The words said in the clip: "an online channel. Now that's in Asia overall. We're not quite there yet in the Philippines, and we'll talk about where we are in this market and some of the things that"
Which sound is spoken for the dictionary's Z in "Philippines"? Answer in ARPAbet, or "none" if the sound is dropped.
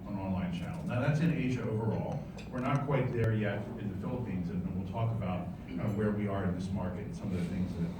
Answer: Z